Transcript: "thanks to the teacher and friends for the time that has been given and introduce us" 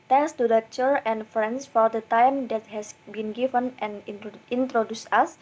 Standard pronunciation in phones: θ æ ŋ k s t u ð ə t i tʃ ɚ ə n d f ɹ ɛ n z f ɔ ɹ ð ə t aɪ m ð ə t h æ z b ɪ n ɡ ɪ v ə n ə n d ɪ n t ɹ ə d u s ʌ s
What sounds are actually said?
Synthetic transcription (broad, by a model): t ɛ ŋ k s t u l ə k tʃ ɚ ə n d f ɹ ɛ n s f ɔ ɹ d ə t aɪ m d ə t h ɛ s b ɪ n ɡ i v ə n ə n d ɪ n t ɹ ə d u s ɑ s